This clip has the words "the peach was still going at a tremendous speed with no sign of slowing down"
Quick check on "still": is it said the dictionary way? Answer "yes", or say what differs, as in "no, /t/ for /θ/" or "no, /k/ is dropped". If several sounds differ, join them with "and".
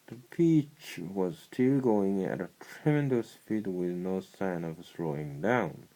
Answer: yes